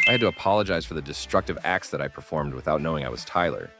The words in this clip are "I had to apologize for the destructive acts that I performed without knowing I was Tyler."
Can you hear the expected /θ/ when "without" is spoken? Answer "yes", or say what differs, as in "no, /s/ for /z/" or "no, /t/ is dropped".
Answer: yes